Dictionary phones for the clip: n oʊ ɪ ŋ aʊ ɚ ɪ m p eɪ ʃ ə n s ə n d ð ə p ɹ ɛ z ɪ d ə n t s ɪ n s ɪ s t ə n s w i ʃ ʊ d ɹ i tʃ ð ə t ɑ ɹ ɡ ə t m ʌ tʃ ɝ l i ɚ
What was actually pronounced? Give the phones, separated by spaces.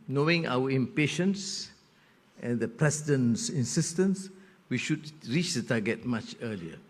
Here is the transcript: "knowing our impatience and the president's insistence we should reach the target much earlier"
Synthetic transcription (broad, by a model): n oʊ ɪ ŋ aʊ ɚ ɪ m p eɪ ʃ ə n s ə n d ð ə p ɹ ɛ s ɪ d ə n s ɪ n s ɪ s t ə n s w i ʃ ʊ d ɹ i tʃ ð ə t ɑ ɡ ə t m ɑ tʃ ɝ l i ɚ